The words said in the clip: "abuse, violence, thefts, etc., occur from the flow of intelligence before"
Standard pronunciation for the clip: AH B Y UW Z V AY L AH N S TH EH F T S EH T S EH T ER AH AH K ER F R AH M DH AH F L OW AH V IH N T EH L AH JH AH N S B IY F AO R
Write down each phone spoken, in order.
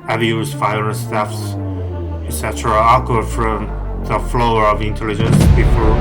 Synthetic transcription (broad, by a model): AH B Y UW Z F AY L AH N S T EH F S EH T S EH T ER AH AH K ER F R AH M DH AH F L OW AH V IH N T EH L AH JH AH N S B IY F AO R